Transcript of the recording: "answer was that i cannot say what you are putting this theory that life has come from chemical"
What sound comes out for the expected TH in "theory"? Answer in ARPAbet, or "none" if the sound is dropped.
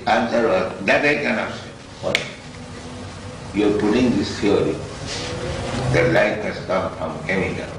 F